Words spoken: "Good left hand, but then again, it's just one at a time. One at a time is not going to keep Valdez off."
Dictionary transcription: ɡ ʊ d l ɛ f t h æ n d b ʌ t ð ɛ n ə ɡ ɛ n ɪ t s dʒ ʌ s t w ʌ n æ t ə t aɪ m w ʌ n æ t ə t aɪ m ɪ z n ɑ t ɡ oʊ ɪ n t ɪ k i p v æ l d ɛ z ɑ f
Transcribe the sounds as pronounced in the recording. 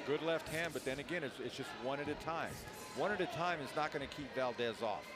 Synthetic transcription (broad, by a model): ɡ ʊ d l ɛ f t h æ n b ʌ t ð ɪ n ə ɡ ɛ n ɪ t s dʒ ʌ s t w ʌ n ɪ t ə t aɪ m w ʌ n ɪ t ə t aɪ m ɪ z n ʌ t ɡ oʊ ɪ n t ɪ k i p v æ l d ɛ z ɑ f